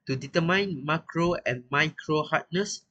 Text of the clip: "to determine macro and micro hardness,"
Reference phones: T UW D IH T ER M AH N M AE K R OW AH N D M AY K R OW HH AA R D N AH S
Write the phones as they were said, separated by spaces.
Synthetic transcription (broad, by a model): T UW D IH T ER M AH N M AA K R OW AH N M AY K R OW HH AA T N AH S